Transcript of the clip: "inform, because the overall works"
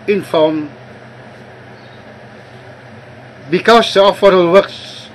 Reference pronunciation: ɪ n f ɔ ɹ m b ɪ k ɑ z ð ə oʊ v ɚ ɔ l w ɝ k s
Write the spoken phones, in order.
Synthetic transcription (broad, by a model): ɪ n f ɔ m b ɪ k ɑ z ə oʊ f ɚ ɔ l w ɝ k s